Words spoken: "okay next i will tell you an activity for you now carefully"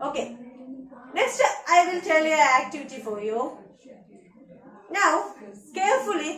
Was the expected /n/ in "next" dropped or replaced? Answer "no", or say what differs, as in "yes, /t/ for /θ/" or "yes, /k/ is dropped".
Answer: yes, /l/ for /n/